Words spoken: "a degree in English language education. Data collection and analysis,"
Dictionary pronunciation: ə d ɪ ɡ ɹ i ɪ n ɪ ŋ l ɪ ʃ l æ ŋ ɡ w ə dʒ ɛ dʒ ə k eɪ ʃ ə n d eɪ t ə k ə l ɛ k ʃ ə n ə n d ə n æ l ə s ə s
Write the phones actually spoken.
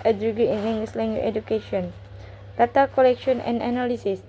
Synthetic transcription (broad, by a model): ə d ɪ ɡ i ɪ n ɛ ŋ ɪ s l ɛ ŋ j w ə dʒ ɛ dʒ ə k eɪ ʃ ə n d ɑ t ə k ə l ɛ k ʃ ə n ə n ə n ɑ l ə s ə s